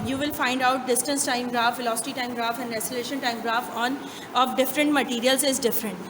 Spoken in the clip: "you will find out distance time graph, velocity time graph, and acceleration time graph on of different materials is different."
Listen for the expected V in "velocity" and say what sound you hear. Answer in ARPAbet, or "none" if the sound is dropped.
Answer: F